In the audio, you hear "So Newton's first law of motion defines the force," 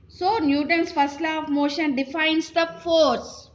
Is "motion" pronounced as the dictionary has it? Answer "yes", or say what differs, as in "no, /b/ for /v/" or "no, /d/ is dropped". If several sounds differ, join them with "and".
yes